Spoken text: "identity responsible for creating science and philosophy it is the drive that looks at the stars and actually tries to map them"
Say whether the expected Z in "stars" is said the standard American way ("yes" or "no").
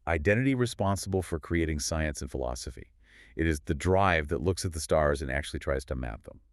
yes